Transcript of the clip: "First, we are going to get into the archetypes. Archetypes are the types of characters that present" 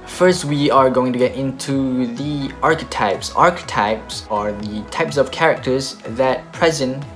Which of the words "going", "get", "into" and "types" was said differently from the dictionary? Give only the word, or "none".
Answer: none